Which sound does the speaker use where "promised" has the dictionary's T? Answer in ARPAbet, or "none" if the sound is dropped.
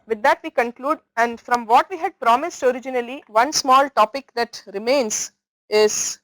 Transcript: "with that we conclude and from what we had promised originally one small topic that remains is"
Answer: T